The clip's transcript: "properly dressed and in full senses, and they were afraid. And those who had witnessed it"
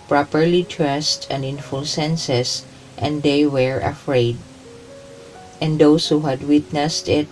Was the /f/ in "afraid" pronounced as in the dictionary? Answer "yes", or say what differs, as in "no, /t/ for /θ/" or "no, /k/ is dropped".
yes